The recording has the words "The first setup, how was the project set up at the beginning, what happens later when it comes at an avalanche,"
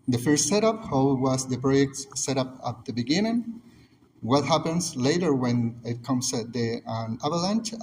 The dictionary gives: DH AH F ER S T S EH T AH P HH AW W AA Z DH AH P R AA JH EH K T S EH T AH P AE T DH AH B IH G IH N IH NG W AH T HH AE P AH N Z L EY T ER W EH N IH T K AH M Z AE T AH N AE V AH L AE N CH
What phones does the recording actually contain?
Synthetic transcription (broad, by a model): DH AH F ER S T S EH T AH P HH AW W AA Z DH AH P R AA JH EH K T S EH T AH P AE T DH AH B IH G IH N IH NG W AH T HH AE P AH N S L EY T ER W EH N IH T K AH M S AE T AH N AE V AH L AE N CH